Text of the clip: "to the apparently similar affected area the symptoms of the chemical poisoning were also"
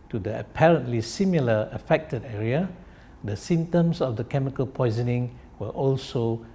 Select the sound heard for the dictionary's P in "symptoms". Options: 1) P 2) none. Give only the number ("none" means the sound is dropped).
2